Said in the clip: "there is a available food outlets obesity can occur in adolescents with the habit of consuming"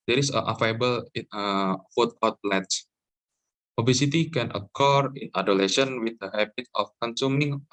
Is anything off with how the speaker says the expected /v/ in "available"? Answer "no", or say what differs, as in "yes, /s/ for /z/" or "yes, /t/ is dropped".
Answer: yes, /f/ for /v/